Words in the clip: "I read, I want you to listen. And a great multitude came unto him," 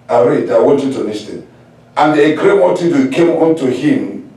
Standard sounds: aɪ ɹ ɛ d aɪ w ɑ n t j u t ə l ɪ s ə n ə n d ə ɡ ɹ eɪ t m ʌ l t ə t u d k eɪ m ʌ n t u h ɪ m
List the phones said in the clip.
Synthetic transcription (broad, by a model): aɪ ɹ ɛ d aɪ w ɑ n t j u t ə n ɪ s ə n ə n d ə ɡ ɹ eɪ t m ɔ t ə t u k eɪ m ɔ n t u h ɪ m